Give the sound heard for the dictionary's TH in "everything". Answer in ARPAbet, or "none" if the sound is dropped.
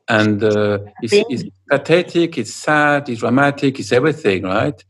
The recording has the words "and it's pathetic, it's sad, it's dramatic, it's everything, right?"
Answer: TH